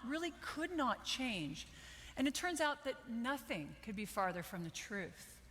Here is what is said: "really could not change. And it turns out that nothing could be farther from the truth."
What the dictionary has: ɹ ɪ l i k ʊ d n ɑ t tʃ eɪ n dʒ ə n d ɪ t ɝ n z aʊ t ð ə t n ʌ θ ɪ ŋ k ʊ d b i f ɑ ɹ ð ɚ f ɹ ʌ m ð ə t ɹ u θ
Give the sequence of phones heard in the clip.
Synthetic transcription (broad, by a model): ɹ ɪ l i k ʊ d n ɑ t tʃ eɪ n dʒ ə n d ɪ t ɝ n z aʊ t ð ə t n ʌ θ ɪ ŋ k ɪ d b i f ɑ ɹ ð ɚ f ɹ ʌ m ð ə t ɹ u θ